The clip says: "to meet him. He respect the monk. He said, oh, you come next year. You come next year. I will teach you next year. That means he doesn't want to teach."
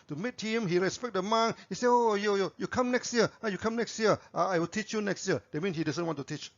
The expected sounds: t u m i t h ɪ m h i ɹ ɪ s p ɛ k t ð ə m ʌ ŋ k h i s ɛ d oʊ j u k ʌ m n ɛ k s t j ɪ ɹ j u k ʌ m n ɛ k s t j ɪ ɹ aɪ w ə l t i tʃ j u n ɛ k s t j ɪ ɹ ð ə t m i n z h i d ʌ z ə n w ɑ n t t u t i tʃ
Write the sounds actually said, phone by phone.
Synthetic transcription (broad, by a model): t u m i t h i m h i ɹ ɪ s p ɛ k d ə m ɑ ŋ h i s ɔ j oʊ j u k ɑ m n ɛ k s t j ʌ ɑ j u k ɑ m n ɛ k s t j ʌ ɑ aɪ w ə l t i tʃ j u n ɛ k s t j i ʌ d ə t m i n h i d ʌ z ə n w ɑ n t t u t i tʃ